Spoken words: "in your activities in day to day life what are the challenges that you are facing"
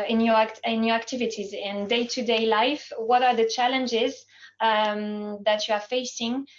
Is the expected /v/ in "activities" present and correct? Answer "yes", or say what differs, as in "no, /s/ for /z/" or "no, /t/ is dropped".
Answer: yes